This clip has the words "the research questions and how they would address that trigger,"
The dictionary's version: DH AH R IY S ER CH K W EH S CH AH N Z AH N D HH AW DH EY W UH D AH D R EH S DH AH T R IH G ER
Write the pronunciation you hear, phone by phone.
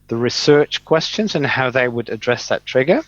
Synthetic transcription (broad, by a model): DH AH R IY S ER CH K W EH S CH AH N Z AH N HH AW DH EY W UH D AH D R EH S DH AH T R IH G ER